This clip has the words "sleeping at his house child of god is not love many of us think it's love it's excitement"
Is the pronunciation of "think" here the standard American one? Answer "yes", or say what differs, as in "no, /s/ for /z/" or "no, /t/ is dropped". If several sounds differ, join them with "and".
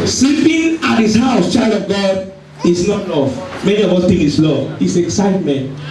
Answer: no, /t/ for /θ/